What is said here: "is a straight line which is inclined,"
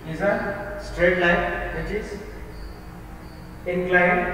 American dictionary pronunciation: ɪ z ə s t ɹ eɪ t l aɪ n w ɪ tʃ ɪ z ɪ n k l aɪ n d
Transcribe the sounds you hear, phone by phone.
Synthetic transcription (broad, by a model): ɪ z ə s t ɹ eɪ t l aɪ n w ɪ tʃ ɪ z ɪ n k l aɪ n